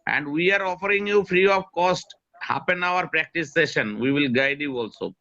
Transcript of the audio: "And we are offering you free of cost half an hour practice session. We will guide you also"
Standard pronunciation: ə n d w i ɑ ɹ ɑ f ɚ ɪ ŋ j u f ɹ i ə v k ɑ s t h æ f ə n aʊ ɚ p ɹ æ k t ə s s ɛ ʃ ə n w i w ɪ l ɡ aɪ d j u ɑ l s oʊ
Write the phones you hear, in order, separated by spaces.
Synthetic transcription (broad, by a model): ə n d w i ɑ ɹ ɑ f ɚ ɪ ŋ j u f ɹ i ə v k ɑ s t h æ p ə n aʊ ɚ p ɹ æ k t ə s s ɛ ʃ ə n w i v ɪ l ɡ aɪ d j u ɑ l s oʊ